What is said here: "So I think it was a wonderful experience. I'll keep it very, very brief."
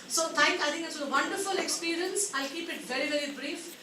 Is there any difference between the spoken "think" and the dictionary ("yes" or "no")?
yes